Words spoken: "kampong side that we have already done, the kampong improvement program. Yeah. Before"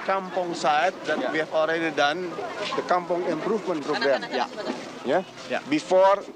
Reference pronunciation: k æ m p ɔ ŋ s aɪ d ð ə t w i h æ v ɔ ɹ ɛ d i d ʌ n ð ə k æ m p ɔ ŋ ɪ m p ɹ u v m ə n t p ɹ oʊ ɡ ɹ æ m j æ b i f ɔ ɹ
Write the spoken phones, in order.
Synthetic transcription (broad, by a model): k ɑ m p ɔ ŋ s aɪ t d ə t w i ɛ f ɔ ɹ ɛ d i d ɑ n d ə k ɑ m p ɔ ŋ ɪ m p ɹ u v m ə n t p ɹ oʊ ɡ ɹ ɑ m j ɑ b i f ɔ ɹ